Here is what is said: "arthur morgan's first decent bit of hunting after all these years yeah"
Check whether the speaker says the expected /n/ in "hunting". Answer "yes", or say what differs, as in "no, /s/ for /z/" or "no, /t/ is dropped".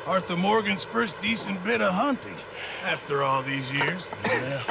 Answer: yes